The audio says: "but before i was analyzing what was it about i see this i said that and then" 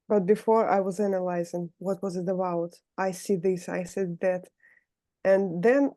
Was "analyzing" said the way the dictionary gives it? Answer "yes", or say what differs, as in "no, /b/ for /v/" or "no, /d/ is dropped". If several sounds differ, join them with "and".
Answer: yes